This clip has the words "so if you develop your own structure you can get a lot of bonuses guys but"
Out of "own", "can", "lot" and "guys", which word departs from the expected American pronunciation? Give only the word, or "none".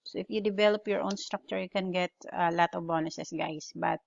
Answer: guys